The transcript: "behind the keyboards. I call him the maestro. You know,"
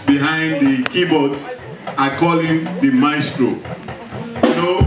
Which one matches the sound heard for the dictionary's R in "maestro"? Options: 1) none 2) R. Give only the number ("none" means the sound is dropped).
2